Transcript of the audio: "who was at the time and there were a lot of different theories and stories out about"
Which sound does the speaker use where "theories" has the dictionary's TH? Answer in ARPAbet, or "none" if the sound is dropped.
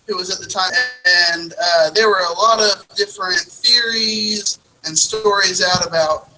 TH